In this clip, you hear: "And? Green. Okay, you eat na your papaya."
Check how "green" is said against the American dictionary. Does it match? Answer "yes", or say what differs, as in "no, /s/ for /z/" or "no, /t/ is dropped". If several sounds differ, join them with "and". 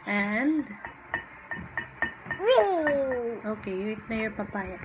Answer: no, /n/ is dropped